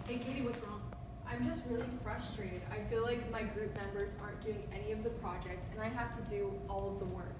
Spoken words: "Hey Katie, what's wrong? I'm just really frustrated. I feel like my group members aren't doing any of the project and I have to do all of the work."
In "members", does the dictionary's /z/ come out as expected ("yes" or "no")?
yes